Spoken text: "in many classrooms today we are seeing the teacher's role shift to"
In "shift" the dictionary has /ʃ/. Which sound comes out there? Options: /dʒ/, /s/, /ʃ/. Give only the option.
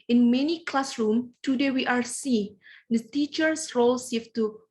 /s/